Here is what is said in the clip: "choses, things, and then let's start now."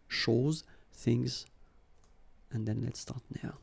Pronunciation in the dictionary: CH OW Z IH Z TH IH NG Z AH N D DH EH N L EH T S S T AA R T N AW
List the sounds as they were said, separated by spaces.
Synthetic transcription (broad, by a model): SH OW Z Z TH IH NG Z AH N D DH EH N L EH T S S T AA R T N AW